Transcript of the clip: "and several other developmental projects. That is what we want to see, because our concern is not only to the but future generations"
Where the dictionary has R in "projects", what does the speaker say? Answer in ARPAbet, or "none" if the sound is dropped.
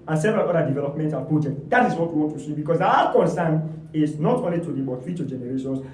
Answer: none